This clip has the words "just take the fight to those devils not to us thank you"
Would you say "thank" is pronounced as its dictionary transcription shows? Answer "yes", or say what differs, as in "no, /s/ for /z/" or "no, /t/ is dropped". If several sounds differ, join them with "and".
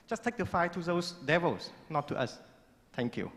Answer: no, /t/ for /θ/